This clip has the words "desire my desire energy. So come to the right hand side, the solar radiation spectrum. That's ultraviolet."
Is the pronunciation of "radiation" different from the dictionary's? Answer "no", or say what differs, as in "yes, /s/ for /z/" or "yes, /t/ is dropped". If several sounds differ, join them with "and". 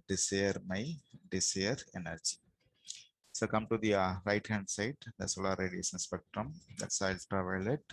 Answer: yes, /s/ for /ʃ/